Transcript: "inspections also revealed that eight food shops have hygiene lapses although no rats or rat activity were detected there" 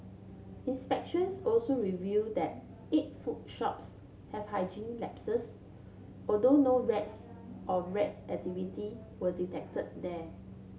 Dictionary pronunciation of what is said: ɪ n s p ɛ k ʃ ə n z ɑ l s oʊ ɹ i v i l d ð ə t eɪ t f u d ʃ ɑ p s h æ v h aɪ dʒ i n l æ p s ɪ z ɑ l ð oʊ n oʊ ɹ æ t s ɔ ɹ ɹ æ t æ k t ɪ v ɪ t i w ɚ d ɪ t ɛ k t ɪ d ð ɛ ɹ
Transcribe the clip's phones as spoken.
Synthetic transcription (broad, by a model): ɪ n s p ɛ k ʃ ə n s ɑ l s oʊ ɹ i v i d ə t eɪ t f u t ʃ ɑ p s h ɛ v h aɪ dʒ i n l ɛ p s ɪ s ɑ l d oʊ n oʊ ɹ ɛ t s ɔ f ɹ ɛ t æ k t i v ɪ t i w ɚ d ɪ t ɛ k t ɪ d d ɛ